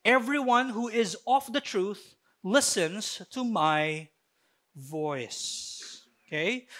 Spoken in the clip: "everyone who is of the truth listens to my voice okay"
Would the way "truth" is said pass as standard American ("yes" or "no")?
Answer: yes